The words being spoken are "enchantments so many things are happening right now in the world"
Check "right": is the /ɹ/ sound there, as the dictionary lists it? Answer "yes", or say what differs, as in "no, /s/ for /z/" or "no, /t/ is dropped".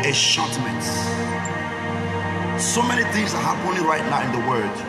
yes